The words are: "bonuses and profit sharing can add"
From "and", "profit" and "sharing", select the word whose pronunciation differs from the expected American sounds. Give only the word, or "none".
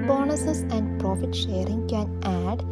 none